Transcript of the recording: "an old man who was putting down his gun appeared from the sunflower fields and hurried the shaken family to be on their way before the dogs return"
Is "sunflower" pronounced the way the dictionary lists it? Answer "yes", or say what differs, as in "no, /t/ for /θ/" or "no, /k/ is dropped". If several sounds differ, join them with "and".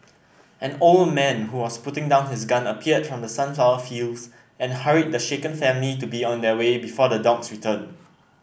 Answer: no, /l/ is dropped